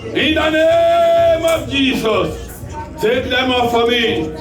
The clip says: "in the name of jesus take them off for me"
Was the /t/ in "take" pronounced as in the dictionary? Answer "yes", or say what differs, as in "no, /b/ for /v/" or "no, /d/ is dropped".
no, /s/ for /t/